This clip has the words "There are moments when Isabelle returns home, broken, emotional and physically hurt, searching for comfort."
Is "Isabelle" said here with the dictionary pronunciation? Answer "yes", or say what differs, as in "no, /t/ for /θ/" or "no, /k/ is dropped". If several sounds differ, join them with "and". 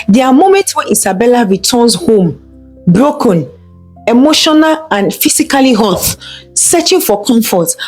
no, /s/ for /z/